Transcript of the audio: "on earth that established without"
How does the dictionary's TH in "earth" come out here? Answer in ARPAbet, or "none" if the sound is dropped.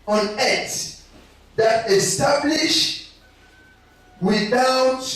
T